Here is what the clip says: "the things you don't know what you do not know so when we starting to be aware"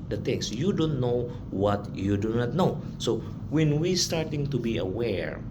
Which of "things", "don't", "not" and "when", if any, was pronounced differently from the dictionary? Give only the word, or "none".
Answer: things